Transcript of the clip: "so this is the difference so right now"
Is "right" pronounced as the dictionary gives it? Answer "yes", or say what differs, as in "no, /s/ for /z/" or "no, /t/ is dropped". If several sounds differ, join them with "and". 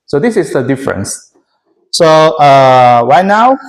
no, /w/ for /ɹ/